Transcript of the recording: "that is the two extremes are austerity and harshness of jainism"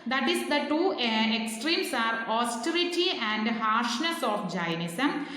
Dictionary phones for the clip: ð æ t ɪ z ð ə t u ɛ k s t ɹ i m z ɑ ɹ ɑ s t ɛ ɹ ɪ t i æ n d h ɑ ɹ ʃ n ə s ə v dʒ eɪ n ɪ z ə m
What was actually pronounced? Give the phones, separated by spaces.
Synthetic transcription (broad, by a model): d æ t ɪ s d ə t u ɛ k s t ɹ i m s ɑ ɹ ɑ s t ɛ ɹ ɪ t i æ n d h ɑ ɹ ʃ n ə s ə f dʒ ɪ n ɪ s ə m